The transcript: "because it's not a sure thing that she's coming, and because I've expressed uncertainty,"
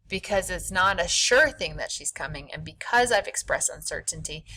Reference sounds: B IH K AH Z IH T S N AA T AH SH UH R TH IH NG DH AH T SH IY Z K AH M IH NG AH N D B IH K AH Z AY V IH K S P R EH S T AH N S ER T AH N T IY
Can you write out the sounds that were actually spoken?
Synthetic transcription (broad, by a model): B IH K AH Z IH T S N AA T AH SH UH R TH IH NG DH AH T SH IY Z K AH M IH NG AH N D B IH K AH Z AY V IH K S P R EH S T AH N S ER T N T IY